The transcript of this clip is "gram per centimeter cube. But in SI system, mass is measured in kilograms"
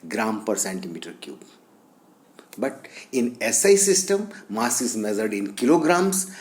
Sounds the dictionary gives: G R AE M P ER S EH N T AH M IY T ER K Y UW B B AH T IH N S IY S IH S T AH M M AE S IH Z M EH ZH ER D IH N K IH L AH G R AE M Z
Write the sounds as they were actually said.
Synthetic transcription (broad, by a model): G R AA M P ER S EH N T AH M IY T ER K Y UW B B AH T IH N S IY S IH S T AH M M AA S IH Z M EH Z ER D IH N K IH L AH G R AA M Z